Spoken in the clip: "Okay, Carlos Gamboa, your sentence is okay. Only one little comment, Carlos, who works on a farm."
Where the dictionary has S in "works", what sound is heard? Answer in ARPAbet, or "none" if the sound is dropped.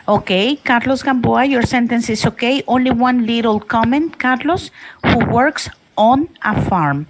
S